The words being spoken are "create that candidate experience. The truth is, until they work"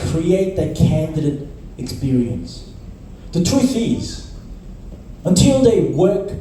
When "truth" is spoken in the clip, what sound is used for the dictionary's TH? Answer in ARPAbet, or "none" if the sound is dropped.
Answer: TH